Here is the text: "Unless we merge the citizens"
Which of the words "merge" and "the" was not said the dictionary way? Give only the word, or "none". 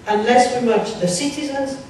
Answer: merge